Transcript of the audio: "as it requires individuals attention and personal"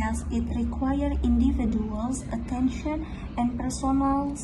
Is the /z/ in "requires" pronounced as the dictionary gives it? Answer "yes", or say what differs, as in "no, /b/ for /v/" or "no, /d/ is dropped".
no, /z/ is dropped